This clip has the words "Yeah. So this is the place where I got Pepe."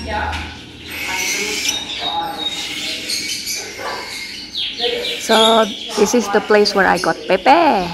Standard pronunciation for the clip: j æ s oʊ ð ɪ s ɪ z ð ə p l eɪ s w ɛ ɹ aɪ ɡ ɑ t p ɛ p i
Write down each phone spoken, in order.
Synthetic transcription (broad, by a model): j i s oʊ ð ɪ s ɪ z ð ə p l eɪ s w ɛ ɹ aɪ ɡ ɑ t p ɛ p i